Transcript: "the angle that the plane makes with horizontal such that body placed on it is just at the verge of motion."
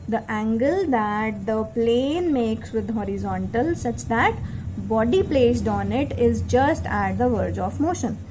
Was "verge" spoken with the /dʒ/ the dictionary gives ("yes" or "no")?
yes